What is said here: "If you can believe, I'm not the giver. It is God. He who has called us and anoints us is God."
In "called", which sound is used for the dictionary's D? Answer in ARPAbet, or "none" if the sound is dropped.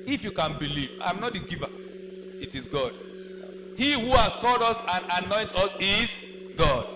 D